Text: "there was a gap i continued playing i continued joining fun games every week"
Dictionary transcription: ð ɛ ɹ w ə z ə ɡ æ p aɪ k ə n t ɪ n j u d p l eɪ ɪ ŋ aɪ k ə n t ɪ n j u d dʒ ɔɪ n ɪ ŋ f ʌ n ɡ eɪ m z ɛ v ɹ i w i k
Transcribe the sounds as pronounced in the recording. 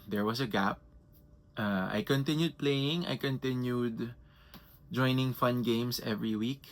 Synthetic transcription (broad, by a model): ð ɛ ɹ w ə s ə ɡ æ p aɪ k ə n t ɪ n j u d p l eɪ ɪ ŋ aɪ k ə n t ɪ n j u d dʒ ɔɪ n ɪ ŋ f ʌ n ɡ eɪ m s ɛ v ɹ i w i k